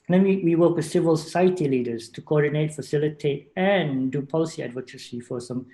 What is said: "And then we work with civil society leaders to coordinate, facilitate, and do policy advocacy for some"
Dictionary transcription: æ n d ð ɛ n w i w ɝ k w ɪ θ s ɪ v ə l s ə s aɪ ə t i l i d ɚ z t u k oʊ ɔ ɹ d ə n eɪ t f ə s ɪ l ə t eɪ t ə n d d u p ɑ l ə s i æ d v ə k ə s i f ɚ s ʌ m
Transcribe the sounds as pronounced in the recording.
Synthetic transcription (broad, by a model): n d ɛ n w i w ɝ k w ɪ s ɪ v ə l s ə s aɪ ə t i l i d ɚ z t u k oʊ ɔ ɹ d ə n eɪ t f ə s ɪ l ə t eɪ t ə n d d u p ɑ l ə s i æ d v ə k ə s i f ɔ s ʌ m